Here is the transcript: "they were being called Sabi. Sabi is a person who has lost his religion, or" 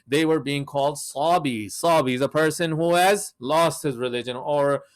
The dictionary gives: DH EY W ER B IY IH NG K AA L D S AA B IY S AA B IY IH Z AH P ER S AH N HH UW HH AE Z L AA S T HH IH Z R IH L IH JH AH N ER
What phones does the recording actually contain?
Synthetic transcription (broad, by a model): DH EY W ER B IY IH NG K AA L D S AA B IY S AA B IY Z AH P ER S AH N HH UW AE Z L AA S T HH IH Z R IH L IH JH AH N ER